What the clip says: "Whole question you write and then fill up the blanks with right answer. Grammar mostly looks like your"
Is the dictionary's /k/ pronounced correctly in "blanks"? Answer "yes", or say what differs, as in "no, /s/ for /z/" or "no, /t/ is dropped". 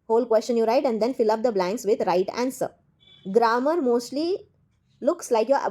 yes